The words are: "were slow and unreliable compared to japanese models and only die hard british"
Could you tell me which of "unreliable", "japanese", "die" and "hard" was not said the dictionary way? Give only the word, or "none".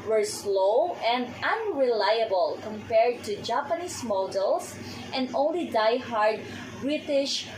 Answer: japanese